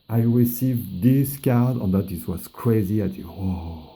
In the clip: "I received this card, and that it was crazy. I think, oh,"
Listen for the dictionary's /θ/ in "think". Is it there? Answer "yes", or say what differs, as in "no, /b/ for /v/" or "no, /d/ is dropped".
no, /t/ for /θ/